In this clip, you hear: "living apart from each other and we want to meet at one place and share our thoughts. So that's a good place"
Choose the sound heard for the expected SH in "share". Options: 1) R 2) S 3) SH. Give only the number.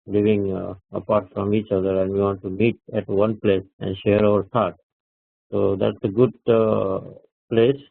3